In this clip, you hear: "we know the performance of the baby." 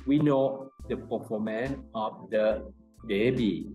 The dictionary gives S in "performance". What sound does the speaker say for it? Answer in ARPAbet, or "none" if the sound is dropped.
none